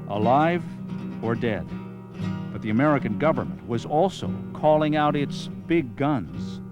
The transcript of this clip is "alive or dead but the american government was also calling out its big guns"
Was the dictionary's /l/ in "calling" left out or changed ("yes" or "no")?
no